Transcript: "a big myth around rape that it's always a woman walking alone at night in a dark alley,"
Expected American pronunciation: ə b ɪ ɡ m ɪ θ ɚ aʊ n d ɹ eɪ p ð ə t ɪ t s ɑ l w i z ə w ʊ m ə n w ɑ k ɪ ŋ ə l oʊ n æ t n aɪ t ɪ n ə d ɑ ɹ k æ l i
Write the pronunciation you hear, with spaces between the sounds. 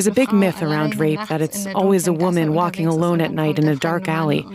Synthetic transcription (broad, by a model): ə b ɪ ɡ m ɪ θ ɚ aʊ n d ɹ eɪ p ð ə t ɪ t s ɑ l w i z ə w ʊ m ə n w ɑ k ɪ ŋ ə l oʊ n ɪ t n aɪ t ɪ n ə d ɑ ɹ k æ l i